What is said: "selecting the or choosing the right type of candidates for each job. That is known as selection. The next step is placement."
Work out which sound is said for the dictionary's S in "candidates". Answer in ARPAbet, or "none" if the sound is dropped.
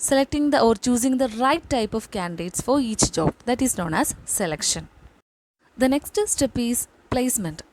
S